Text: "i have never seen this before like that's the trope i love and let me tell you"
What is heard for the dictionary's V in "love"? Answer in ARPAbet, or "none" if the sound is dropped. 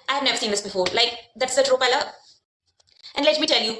none